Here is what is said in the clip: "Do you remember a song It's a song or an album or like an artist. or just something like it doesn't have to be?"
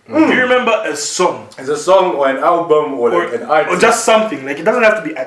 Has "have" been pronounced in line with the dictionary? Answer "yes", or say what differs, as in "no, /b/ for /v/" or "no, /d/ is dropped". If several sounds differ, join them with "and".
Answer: no, /f/ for /v/